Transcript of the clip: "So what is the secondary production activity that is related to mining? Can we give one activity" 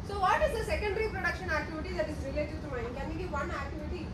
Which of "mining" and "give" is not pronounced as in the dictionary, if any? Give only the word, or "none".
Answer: mining